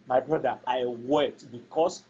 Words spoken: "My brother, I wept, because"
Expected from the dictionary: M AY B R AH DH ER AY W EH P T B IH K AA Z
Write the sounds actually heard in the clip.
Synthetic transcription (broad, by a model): M AY B R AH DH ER AY W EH T B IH K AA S